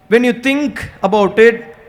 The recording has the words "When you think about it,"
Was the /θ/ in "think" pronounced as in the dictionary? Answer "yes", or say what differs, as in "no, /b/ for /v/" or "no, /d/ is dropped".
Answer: no, /t/ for /θ/